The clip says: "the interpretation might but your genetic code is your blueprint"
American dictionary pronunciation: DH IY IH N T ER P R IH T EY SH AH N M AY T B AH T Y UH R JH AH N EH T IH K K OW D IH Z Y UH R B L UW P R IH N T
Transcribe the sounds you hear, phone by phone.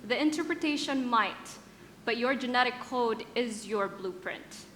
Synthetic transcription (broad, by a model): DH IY IH N T ER P R IH T EY SH AH N M AY T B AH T Y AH R JH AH N EH T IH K K OW D IH Z Y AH R B L UW P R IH N T